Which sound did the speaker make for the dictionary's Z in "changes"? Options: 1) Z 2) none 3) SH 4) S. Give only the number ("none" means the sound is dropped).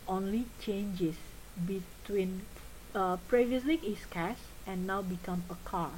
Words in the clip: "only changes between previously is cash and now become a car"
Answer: 4